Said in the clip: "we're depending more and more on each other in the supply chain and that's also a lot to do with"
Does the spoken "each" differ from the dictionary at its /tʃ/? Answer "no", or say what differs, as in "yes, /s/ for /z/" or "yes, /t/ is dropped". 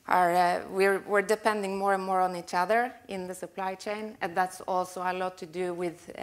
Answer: no